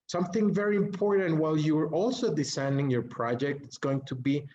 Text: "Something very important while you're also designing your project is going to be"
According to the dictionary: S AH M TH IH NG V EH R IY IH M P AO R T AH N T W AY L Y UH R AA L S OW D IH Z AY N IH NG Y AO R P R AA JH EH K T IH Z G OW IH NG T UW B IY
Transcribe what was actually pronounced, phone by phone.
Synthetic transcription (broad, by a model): S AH M TH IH NG V EH R IY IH M P AO R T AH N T W AY L Y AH R AA L S OW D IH S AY N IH NG Y AO R P R AA JH EH K T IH S G OW IH NG T UW B IY